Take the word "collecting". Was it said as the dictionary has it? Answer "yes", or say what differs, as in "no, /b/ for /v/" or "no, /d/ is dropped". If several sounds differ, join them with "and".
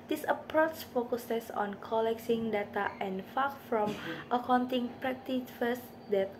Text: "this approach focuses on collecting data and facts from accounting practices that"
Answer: no, /s/ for /t/